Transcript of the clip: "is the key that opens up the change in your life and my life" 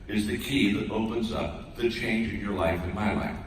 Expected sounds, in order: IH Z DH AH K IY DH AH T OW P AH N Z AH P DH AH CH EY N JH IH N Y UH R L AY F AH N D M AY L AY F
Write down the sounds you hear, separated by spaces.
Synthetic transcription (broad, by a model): IH Z DH AH K IY DH AH T OW P AH N Z AH P DH AH CH EY N JH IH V Y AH R L AY F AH N M AY L AY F